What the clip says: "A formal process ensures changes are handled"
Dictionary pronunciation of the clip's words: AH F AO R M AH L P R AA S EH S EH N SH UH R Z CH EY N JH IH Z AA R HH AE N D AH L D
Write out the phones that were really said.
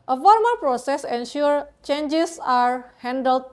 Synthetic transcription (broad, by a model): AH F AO R M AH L P R AA S EH S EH N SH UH R CH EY N JH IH S AA R HH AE N D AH L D